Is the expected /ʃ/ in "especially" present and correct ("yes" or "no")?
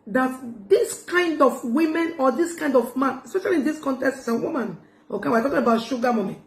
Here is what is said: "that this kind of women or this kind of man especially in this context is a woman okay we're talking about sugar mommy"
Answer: yes